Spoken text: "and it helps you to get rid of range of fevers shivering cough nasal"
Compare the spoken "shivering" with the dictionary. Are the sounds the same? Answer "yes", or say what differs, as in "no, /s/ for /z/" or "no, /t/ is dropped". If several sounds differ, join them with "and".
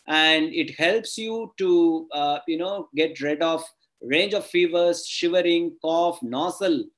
yes